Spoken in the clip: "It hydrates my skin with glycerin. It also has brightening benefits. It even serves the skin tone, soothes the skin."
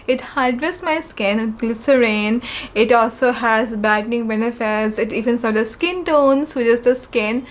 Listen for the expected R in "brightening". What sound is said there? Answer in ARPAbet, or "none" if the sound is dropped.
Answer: none